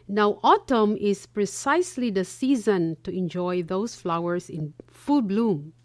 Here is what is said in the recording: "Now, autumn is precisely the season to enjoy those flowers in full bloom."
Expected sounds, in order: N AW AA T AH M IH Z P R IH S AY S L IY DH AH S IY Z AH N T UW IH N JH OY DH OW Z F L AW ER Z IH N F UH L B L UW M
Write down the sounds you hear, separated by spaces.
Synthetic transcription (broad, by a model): N AW AA T AH M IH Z P R IH S AY S L IY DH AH S IY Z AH N T UW IH N JH OY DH OW S F L AW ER S IH N F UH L B L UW M